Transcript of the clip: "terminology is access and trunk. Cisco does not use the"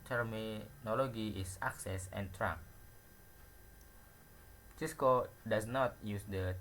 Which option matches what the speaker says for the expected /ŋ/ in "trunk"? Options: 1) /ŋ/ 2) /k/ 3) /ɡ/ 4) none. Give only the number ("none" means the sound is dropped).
4